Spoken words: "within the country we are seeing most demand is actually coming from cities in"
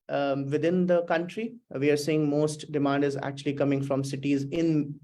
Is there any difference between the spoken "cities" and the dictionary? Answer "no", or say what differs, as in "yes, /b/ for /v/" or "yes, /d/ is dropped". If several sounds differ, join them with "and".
no